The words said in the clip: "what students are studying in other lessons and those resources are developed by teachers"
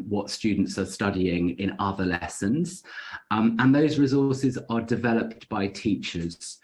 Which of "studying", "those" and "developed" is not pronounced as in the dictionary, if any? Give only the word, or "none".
none